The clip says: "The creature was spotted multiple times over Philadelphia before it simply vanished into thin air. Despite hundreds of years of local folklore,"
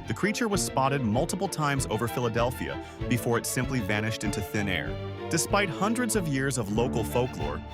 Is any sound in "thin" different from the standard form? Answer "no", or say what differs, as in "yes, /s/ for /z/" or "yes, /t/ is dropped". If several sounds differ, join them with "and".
no